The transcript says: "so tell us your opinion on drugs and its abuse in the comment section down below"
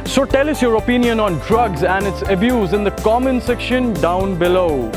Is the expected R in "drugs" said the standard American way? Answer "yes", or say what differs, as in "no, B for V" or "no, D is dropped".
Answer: yes